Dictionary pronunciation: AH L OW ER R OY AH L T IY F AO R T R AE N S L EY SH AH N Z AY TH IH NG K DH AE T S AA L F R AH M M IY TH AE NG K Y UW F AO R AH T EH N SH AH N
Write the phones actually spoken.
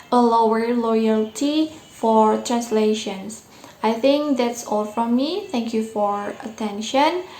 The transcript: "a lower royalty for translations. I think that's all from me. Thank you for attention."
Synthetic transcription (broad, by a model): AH L OW ER L OY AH L T IY F AO R T R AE N S L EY SH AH N S AY TH IH NG K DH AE T S AA L F R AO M M IY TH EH NG K Y UW F AO R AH T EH N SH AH N